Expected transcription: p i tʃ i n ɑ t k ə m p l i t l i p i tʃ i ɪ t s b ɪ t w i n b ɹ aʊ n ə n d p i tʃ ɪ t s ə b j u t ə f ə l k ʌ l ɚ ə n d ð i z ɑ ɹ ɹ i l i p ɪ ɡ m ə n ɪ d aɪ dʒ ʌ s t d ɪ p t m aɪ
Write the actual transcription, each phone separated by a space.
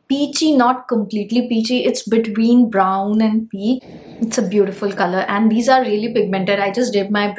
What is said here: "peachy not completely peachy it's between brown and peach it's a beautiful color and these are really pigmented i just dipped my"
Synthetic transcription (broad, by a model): p i tʃ i n ɑ t k ə m p l i t l i p i tʃ i ɪ t s b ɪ t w i n b ɹ aʊ n ə n d p i ɪ t s ə b j u t ə f ə l k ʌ l ɚ ə n d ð i z ɑ ɹ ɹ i l i p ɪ ɡ m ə n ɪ d aɪ dʒ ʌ s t d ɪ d m aɪ